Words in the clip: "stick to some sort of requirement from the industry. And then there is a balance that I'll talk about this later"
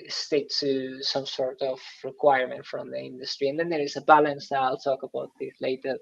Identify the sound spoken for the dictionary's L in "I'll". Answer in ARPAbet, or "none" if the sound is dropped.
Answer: L